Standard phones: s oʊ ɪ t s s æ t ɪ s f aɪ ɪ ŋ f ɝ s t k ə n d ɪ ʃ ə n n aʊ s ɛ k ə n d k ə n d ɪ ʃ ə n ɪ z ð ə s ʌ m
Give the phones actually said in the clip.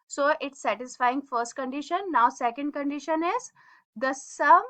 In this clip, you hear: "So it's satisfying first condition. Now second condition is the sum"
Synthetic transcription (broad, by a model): s oʊ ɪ t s s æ t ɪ s f aɪ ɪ ŋ f ɝ s t k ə n d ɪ ʃ ə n n aʊ s ɛ k ə n d k ə n d ɪ ʃ ə n ɪ z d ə s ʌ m